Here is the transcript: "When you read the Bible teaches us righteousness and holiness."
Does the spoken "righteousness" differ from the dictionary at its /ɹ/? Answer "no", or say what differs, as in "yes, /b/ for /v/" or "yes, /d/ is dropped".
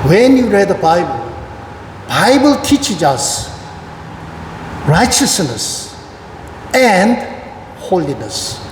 no